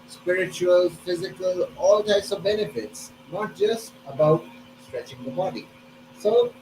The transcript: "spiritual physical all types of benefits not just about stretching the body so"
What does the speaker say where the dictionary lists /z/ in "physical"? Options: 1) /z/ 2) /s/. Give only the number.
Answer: 1